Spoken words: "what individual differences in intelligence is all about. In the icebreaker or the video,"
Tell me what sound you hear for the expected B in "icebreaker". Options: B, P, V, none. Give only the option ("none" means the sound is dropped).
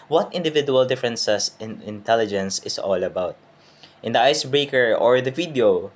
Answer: B